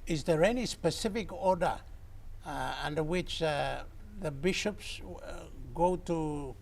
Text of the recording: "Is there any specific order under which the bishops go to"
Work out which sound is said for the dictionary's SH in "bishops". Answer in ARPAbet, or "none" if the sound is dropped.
SH